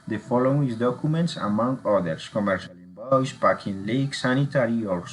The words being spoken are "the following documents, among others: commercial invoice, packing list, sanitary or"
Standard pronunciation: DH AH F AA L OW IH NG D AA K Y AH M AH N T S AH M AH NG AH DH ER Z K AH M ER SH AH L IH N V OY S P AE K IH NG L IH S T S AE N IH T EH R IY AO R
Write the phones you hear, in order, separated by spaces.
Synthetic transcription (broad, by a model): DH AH F AA L OW IH NG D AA K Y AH M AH N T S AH M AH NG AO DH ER S K AH M ER SH AH L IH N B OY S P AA K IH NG L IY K S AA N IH T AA R IY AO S